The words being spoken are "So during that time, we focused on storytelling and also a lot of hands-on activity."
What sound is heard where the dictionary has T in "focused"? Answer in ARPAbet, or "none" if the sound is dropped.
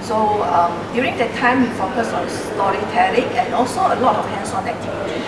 none